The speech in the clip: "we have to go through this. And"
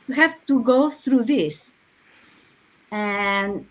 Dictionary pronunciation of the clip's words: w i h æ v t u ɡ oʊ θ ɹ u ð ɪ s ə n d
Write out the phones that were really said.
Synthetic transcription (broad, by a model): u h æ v t u ɡ oʊ θ ɹ u ð ɪ s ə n